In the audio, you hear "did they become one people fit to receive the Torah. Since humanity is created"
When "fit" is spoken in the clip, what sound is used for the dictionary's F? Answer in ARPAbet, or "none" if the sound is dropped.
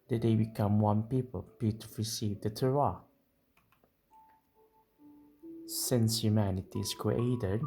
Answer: P